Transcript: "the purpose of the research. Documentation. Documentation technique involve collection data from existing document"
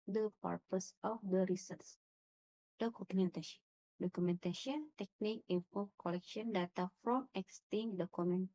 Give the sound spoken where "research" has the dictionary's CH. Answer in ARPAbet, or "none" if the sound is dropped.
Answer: S